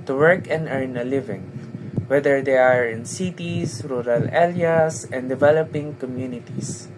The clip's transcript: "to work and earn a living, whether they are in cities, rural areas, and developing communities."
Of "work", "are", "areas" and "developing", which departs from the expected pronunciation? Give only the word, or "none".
areas